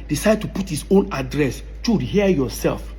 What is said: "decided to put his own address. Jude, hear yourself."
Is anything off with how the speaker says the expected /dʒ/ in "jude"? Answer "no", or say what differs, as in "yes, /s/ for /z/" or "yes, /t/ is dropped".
yes, /tʃ/ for /dʒ/